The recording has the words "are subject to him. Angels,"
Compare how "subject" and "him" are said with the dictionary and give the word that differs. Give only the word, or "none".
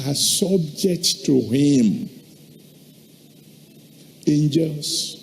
none